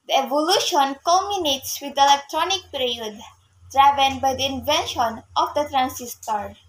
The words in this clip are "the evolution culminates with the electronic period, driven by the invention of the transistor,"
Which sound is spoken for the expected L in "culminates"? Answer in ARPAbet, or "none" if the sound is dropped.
none